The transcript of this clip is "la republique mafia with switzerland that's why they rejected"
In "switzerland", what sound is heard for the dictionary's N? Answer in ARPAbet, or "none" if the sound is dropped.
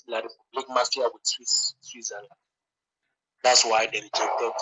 L